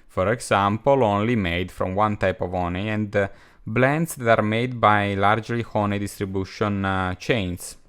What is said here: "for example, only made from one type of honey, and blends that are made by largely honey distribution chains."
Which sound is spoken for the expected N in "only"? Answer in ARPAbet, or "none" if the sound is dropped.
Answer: N